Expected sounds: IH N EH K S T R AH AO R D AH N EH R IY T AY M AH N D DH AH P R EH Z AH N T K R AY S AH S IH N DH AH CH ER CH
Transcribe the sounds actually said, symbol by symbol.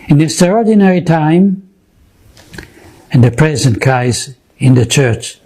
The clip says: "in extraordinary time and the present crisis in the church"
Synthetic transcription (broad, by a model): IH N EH S T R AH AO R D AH N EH R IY T AY M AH N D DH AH P R EH Z AH N T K AY AH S IH N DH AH CH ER CH